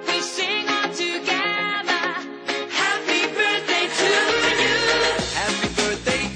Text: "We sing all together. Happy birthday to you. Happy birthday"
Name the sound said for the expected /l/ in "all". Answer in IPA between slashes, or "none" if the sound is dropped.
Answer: /n/